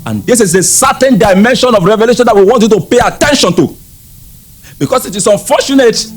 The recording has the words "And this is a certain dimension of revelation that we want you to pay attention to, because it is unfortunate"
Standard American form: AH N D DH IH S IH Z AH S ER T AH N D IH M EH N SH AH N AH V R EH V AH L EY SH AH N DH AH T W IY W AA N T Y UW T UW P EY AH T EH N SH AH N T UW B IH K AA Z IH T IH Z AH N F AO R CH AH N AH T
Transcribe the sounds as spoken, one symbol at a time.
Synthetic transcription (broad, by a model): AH N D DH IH S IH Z AH S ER T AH N D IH M EH N SH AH N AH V R EH V AH L EY SH AH N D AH T W IY W AA N T Y UW T UW P EY AH T EH N SH AH N T UW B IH K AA S IH T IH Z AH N F AO CH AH N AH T